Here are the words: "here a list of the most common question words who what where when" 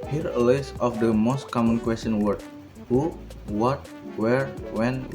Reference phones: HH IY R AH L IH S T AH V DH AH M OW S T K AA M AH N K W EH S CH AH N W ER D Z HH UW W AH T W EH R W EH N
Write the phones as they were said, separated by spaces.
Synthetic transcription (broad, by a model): HH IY R AH L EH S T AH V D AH M OW S T K AA M AH N K W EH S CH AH N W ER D HH UW W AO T W EH R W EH N